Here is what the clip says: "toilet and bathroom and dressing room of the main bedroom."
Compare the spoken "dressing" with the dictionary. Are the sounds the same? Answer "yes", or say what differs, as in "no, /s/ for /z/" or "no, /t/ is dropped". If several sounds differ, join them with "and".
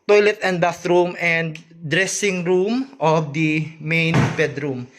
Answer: yes